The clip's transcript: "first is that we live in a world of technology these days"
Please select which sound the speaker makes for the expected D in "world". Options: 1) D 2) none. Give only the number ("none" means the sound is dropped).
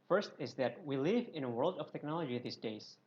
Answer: 1